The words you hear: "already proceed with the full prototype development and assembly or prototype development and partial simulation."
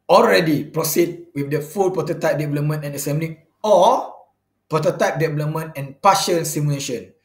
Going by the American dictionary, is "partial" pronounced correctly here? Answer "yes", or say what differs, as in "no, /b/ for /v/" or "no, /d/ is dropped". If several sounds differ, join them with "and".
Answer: no, /n/ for /l/